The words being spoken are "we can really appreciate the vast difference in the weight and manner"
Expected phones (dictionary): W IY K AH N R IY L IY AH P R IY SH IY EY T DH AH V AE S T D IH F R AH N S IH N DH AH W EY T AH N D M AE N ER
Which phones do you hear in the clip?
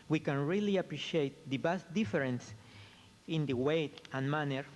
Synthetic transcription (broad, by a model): W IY K AH N R IY L IY AH P R IY SH IY EY T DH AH B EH S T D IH F R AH N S IH N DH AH W EY T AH N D M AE N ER